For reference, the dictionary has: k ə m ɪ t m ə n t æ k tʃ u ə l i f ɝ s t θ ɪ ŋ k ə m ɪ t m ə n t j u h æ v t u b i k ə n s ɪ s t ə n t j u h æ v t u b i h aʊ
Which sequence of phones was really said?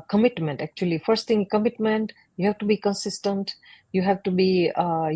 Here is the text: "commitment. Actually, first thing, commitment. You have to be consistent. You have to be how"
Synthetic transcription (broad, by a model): k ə m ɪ t m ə n t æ k tʃ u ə l i f ɝ s t t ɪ ŋ k ə m ɪ t m ə n t j u h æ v t u b i k ə n s ɪ s t ə n t j u h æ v t u b i